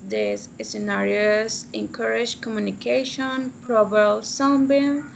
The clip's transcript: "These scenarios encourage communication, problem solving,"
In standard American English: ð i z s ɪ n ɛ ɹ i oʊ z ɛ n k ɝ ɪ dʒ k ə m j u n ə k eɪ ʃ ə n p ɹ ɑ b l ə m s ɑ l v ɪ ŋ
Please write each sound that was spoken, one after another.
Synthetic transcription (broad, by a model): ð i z s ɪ n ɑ ɹ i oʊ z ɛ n k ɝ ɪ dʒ k ə m j u n ə k eɪ ʃ ə n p ɹ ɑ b ə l s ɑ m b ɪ